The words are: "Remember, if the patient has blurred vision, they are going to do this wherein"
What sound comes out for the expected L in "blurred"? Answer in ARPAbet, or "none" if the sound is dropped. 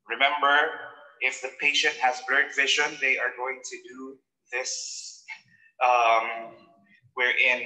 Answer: none